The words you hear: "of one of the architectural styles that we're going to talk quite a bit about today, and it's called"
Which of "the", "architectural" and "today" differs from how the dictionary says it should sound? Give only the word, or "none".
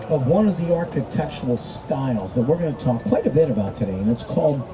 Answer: architectural